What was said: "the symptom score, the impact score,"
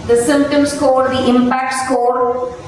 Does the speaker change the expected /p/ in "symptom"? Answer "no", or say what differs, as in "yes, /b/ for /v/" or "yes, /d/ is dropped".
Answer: no